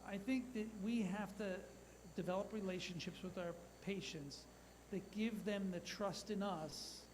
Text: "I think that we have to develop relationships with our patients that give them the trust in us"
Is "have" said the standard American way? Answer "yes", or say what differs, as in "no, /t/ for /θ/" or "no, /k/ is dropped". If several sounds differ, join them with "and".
no, /f/ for /v/